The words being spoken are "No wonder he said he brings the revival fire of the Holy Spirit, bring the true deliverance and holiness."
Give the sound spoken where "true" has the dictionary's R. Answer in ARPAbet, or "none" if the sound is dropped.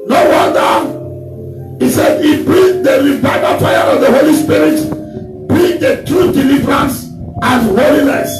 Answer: R